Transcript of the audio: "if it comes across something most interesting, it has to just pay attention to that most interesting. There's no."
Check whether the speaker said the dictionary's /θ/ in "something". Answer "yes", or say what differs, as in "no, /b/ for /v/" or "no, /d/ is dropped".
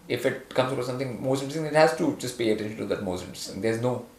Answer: no, /t/ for /θ/